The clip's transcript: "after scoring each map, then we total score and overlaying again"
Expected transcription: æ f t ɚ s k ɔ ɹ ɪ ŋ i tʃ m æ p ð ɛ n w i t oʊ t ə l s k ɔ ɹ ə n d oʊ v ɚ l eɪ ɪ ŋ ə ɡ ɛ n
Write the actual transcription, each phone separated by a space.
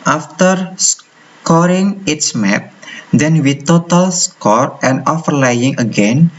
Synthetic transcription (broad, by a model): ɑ f t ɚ s k ɔ ɹ ɪ ŋ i s m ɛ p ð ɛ n w i t oʊ t ə l s k ɔ ɹ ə n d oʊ f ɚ l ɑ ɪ ŋ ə ɡ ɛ n